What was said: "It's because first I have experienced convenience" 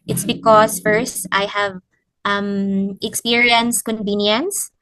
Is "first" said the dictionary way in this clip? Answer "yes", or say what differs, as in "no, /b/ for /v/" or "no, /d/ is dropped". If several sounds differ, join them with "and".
yes